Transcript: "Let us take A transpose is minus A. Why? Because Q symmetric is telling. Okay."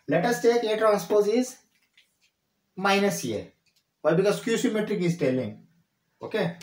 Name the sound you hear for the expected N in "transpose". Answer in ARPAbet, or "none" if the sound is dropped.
none